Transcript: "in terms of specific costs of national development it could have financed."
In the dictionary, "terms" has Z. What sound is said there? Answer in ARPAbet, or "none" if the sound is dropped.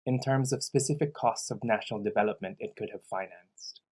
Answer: Z